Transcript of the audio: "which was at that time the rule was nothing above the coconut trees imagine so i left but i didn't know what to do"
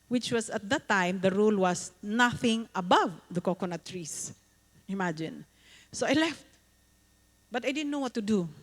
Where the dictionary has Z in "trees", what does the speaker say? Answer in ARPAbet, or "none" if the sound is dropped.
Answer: S